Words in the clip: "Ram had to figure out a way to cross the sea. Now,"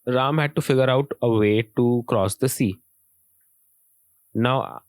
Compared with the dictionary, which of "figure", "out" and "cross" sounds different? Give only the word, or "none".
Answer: none